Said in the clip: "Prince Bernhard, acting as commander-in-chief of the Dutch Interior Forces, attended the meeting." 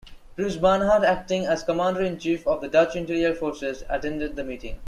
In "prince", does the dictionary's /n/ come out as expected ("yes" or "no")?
no